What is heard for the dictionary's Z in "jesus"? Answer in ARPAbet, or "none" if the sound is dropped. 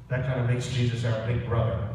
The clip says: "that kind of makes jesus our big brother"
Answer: Z